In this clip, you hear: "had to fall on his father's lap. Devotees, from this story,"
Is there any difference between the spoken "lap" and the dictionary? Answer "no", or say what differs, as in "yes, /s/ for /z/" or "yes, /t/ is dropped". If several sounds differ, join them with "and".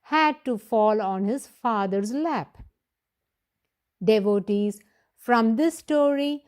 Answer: no